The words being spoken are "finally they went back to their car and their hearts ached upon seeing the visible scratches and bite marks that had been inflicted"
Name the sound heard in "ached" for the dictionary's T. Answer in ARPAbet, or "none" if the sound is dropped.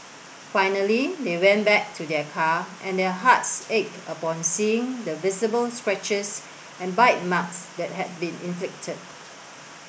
none